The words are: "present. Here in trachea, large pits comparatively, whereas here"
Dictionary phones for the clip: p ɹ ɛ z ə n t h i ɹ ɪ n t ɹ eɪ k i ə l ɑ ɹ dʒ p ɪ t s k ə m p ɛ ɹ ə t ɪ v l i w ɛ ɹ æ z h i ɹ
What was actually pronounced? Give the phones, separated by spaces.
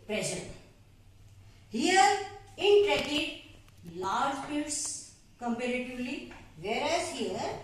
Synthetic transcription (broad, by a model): p ɹ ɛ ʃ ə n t h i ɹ ɪ n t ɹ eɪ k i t l ɑ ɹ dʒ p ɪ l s k ə m p ɛ ɹ ə t ɪ v l i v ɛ ɹ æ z h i ɹ